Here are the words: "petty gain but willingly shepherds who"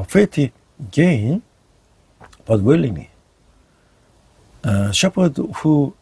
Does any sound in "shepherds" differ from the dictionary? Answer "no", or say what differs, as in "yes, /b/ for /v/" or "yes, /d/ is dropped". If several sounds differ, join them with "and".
yes, /z/ is dropped